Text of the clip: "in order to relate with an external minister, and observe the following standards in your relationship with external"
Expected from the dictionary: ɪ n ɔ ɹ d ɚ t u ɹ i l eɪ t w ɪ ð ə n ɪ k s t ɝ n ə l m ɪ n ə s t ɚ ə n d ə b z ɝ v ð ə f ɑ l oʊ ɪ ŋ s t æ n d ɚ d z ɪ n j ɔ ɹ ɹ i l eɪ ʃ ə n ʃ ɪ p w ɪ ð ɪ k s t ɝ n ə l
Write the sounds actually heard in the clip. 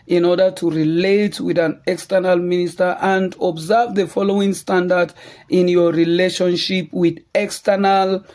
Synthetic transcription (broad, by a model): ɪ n ɔ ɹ d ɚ t u ɹ i l eɪ t w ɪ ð ə n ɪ k s t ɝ n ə l m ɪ n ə s t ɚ ə n d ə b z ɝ v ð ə f ɑ l oʊ ɪ ŋ s t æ n d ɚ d ɪ n j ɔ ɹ ɹ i l eɪ ʃ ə n ʃ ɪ p w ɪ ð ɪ k s t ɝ n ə l